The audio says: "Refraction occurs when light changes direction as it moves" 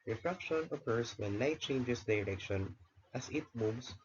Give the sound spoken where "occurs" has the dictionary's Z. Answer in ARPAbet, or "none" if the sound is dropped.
S